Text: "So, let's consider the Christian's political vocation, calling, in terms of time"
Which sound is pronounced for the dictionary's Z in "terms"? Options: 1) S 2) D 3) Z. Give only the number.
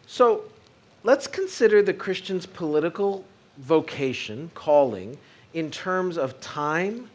3